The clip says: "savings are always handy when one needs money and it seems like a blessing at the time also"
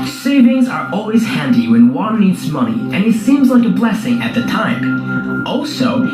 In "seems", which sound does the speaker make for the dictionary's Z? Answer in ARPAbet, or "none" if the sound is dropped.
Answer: Z